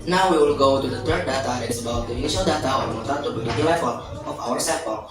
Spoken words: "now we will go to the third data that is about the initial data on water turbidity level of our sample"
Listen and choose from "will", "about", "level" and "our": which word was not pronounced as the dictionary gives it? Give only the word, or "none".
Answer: level